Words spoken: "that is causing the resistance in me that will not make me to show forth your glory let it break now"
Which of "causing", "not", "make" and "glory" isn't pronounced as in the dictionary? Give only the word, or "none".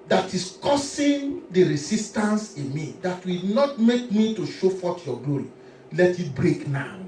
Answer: causing